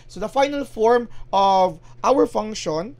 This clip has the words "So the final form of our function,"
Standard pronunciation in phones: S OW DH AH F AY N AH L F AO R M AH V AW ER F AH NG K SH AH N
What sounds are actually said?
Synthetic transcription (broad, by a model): S OW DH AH F AY N AH L F AO R M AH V AW ER F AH NG K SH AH N